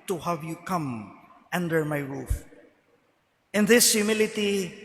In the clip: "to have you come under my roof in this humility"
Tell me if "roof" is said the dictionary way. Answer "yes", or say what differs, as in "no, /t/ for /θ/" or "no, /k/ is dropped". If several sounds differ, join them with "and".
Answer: yes